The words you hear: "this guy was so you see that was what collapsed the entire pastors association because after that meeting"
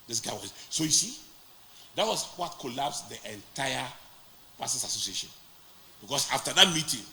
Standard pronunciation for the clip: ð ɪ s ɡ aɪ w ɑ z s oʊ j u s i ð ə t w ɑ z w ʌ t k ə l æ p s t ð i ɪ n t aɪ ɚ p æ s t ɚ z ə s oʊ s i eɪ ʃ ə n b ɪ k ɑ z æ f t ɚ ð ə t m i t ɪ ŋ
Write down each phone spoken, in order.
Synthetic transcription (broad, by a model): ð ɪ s ɡ aɪ w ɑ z s oʊ j u s i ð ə t w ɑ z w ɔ t k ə l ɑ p s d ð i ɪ n t aɪ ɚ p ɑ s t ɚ s ə s oʊ s i eɪ ʃ ə n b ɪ k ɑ s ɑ f t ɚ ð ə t m i t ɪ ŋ